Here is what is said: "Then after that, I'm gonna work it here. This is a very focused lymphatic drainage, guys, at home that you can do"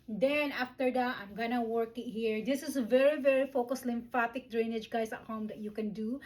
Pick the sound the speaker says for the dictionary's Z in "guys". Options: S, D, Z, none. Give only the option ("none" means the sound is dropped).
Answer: S